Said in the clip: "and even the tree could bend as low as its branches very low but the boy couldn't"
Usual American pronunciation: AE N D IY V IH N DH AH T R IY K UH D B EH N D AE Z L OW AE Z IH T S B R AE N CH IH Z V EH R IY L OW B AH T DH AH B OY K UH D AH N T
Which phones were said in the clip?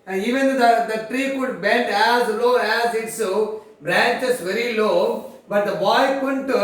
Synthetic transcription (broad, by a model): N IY V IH N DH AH T R IY K UH D B EH N D AE Z L OW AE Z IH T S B R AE N CH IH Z V EH R IY L OW B AH T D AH B OY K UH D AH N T